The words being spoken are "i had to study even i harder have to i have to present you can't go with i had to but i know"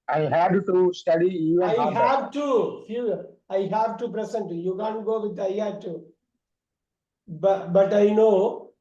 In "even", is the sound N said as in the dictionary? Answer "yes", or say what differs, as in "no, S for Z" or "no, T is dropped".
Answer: no, N is dropped